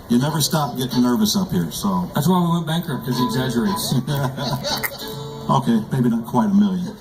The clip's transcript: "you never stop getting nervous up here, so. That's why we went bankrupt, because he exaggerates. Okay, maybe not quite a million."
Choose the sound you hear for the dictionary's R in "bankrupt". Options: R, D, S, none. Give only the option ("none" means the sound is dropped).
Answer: none